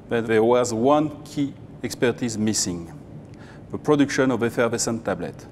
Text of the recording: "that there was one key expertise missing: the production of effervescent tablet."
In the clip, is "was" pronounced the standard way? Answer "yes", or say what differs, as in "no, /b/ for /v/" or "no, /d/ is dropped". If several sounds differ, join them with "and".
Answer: yes